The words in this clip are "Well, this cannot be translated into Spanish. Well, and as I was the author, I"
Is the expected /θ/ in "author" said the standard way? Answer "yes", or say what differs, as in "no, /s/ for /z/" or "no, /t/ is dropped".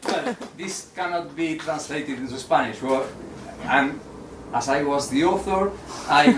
yes